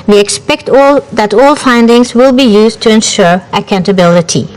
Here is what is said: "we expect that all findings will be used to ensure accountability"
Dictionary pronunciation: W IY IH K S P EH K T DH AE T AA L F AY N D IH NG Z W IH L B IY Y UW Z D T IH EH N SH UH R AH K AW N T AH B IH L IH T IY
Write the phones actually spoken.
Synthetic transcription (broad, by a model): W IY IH K S P EH K T DH AE T AA L F AY N D IH NG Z W IH L B IY Y UW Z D T IH EH N SH UH R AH K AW N T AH B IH L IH T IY